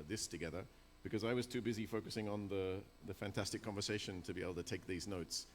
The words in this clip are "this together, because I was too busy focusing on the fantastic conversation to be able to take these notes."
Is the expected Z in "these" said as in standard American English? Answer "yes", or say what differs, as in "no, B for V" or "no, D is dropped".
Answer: yes